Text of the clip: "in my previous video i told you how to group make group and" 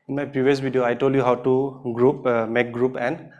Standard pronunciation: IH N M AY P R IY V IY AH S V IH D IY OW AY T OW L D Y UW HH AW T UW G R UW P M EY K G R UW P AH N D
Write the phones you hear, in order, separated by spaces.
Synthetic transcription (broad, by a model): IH N M AY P IY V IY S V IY D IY OW AY T OW L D Y UW HH AW T UW G R UW P M EY K G R UW P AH N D